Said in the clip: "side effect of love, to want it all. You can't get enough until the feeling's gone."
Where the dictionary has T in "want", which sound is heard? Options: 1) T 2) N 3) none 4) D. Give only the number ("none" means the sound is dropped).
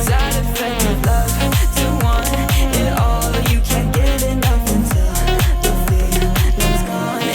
3